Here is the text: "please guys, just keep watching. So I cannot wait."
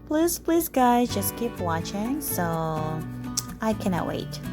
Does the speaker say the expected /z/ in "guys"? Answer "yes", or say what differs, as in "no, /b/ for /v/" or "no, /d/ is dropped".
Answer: yes